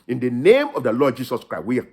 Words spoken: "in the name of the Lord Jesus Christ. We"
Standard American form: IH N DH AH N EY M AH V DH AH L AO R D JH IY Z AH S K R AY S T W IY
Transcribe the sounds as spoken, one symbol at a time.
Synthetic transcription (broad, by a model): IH N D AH N EY M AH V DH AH L AO D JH IY S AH S K R AY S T W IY